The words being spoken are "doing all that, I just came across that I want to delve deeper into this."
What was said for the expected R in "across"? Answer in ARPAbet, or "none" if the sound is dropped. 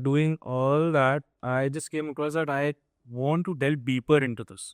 none